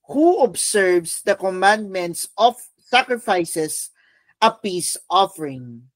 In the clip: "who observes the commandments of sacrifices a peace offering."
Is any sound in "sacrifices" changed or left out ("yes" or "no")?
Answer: yes